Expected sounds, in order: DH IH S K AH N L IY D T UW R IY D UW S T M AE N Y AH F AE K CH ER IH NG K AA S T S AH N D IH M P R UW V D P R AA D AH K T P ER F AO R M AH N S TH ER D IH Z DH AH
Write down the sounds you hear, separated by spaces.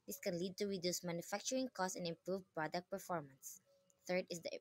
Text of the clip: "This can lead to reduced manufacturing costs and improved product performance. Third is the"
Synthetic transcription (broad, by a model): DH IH S K AH N L IY D T UW R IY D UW S M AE N Y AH F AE K CH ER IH NG K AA S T AH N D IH M P R UW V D P R AA D AH K T P ER F AO R M AH N S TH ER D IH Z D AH